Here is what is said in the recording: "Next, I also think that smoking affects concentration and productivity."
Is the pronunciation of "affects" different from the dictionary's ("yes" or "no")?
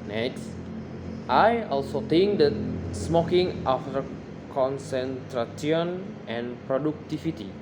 yes